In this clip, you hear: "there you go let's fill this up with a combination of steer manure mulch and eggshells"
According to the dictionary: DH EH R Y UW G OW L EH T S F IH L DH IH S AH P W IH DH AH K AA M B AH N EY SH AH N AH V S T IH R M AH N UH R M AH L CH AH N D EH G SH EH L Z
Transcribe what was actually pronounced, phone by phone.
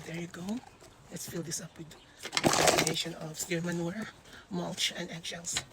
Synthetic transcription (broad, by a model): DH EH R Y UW G OW L EH T S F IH L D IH S AH P W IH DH AH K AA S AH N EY SH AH N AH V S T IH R M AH N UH R M AH L CH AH N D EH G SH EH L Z